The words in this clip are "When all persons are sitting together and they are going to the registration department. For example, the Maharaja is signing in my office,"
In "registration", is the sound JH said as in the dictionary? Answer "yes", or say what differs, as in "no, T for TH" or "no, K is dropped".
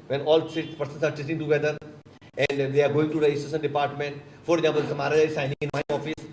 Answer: no, JH is dropped